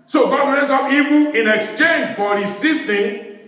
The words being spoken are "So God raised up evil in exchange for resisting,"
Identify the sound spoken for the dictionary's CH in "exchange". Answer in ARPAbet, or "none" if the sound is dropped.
CH